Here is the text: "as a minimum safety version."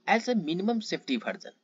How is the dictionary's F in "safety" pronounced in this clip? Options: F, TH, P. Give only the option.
P